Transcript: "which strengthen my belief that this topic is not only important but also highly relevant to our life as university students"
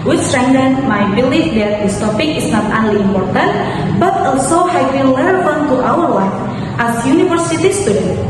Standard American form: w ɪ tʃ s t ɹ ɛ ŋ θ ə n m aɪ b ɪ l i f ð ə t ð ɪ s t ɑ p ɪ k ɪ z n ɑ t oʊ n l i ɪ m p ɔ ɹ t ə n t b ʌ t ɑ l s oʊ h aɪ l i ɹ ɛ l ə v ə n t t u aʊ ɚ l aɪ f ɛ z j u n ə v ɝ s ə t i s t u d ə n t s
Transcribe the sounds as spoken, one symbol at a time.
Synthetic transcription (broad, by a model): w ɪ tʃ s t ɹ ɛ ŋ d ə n m aɪ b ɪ l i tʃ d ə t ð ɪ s t ɑ p ɪ k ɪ s n ɑ t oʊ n l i ɪ m p ɔ ɹ t ə n t b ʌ t ɑ l s oʊ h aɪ w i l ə f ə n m t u aʊ ɚ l aɪ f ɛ s j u n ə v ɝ s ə t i s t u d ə n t